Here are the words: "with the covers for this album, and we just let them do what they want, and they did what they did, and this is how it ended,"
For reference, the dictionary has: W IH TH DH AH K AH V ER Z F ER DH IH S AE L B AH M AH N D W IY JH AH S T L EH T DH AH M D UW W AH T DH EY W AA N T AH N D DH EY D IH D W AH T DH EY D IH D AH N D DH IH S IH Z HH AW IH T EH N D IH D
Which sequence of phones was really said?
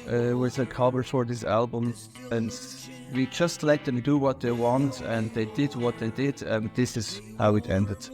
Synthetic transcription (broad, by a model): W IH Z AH K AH B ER F ER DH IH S AE L B AH M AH N W IY JH AH S T L EH T DH AH M D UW W AH T DH EY W AA N T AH N DH EY D IH D W AH T DH EY D IH D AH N DH IH S IH Z HH AW IH T EH N D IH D